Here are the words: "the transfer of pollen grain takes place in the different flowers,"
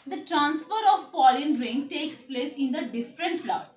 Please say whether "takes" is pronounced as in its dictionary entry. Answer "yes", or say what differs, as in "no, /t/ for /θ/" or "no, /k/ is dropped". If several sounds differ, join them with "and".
yes